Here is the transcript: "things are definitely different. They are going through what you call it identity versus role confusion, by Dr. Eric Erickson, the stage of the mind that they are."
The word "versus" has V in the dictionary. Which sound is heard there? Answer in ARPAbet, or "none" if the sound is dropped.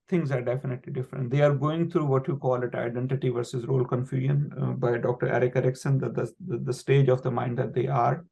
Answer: V